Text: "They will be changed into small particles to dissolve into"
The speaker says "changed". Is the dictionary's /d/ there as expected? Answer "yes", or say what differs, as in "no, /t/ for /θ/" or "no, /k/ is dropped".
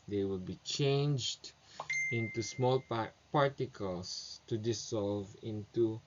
yes